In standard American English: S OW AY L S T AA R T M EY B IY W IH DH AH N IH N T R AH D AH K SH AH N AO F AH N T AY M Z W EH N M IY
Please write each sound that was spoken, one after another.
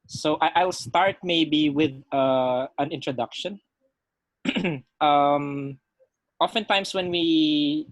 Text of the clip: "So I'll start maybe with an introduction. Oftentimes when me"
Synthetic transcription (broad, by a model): S OW AY L S T AA R T M EY B IY W IH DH AH N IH N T R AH D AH K SH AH N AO F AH N T AY M S W EH N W IY